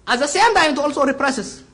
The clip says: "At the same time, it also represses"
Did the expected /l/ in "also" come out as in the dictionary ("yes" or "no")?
yes